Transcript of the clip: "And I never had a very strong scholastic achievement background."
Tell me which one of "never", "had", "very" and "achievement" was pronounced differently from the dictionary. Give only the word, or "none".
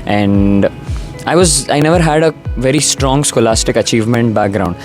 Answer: none